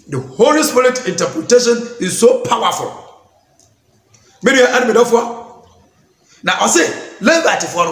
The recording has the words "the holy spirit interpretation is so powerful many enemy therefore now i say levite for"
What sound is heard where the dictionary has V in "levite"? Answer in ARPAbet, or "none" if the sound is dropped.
B